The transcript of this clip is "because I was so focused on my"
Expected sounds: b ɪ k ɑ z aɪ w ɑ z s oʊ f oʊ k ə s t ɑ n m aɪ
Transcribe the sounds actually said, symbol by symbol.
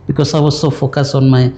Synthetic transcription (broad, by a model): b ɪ k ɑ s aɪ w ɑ s oʊ f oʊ k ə s ɑ n m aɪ